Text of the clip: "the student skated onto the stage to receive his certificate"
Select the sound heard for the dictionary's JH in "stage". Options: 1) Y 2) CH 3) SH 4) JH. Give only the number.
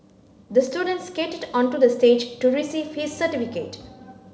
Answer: 4